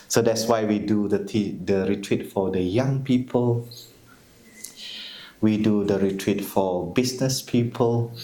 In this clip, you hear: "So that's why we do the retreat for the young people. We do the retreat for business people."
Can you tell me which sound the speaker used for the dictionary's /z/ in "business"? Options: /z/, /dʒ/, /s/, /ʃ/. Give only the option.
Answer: /s/